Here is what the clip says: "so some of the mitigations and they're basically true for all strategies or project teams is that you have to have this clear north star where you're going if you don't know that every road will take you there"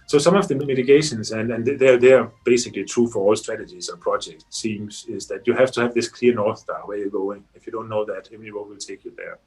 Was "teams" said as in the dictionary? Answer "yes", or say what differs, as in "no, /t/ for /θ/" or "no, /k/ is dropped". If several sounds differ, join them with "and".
no, /s/ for /t/